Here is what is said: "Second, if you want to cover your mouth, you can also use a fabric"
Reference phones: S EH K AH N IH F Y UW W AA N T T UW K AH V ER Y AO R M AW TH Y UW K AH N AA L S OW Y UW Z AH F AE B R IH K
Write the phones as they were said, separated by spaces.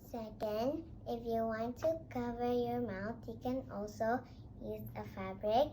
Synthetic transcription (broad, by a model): S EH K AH N IH F Y UW W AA N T T UW K AH V ER Y AO R M AW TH Y UW K AH N AA L S OW Y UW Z AH F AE B R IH K